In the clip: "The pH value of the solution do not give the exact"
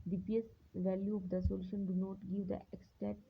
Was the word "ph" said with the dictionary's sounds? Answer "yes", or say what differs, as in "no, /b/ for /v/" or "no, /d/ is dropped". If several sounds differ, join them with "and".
no, /s/ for /tʃ/